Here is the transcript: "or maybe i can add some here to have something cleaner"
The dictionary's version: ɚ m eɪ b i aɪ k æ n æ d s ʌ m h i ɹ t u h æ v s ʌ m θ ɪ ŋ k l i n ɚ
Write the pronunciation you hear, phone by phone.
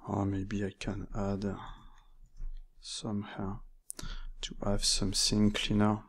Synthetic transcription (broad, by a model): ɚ m eɪ b i aɪ k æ n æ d s ʌ m h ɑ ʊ t u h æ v s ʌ m s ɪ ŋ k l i n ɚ